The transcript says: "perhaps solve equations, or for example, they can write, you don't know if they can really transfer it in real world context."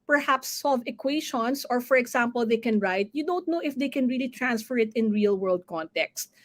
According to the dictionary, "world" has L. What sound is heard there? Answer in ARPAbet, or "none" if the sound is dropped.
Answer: L